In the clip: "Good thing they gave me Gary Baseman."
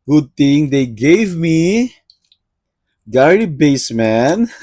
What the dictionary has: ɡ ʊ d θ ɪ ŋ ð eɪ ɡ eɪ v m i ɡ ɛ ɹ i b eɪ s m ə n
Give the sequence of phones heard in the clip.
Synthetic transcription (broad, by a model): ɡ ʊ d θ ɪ ŋ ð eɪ ɡ eɪ v m i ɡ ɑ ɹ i b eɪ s m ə n